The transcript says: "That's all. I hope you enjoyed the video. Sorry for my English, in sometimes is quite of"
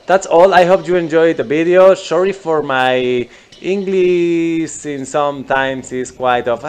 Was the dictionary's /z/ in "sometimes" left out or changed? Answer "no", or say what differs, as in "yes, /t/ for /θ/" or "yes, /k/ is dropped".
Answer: yes, /s/ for /z/